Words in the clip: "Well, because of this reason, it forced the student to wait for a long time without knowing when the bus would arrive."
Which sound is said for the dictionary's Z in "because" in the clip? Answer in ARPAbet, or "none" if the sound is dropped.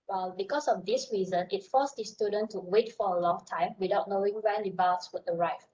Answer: S